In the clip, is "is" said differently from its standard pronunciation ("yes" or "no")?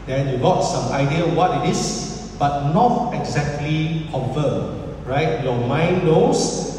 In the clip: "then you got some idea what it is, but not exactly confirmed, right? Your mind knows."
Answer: yes